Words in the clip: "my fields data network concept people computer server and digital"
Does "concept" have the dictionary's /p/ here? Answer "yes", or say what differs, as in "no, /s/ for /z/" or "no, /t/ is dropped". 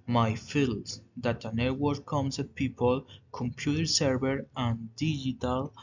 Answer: no, /p/ is dropped